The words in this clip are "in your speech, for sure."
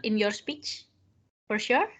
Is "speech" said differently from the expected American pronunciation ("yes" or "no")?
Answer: no